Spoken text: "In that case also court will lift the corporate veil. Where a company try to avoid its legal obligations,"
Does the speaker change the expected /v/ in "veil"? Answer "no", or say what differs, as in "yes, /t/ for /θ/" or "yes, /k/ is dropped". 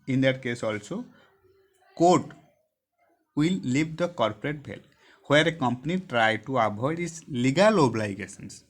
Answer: yes, /b/ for /v/